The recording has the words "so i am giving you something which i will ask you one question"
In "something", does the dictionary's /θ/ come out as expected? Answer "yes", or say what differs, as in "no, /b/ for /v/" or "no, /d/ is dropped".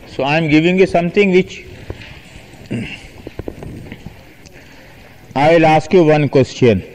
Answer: no, /t/ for /θ/